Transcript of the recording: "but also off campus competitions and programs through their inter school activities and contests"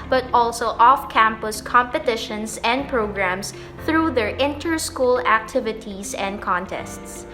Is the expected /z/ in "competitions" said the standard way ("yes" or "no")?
no